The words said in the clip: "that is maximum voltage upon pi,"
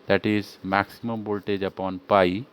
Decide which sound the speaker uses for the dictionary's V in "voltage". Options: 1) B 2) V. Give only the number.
1